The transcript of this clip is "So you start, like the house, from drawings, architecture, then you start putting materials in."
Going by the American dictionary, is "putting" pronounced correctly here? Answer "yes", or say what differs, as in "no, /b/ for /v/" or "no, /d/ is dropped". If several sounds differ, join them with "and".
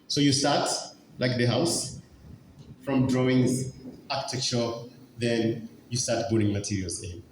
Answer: no, /b/ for /p/